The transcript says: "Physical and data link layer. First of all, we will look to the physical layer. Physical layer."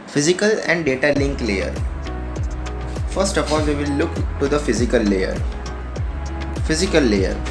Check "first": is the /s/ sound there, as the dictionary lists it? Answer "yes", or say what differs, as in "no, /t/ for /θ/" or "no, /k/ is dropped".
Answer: yes